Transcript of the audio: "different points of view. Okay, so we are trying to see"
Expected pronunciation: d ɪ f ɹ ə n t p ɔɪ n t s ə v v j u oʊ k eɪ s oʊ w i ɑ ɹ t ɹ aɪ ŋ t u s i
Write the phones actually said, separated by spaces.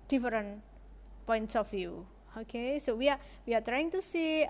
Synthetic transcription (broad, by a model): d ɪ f ɹ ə n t p ɔɪ n t s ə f j u oʊ k eɪ s oʊ w i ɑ w t ɹ aɪ ŋ t u s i